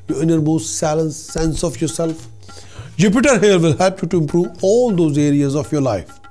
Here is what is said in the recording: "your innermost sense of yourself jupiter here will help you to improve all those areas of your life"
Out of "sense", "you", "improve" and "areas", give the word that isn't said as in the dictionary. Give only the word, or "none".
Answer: none